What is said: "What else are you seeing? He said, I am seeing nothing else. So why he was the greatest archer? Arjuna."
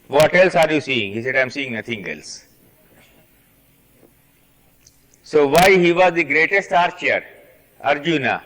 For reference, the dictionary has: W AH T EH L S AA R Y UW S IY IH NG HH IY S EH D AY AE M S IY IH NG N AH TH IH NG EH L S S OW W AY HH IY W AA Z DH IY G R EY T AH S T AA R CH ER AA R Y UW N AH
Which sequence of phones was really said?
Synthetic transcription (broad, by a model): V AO T EH L S AA R Y UW S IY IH NG HH IY S EH D AY M S IY IH NG N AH T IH NG EH L S S OW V AY HH IY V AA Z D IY G R EY T AH S T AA R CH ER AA R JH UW N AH